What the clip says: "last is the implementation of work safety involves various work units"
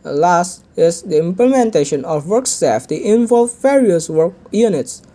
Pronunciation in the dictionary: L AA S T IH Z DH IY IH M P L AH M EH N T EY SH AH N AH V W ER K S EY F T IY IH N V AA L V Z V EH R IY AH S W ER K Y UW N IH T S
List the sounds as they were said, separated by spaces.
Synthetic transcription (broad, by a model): L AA S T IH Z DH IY IH M P L AH M EH N T EY SH AH N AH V W ER K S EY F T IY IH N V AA L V V EH R IY AH S W ER K Y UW N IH T S